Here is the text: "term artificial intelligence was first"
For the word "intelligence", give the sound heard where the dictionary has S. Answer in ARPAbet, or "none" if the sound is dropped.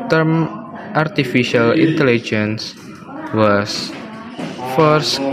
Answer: S